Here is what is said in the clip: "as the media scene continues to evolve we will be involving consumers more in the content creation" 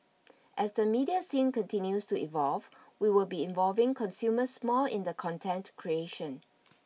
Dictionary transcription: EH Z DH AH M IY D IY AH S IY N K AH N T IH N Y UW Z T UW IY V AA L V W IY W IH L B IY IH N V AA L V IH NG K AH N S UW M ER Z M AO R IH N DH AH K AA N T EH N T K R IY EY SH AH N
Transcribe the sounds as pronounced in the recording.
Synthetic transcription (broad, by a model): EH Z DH AH M IY D IY AH S IY N K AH N T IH N Y UW S T UW IY V AA L V W IY W IH L B IY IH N V AA L V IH NG K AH N S UW M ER S M AO L IH N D AH K AA N T EH N T K R IY EY SH AH N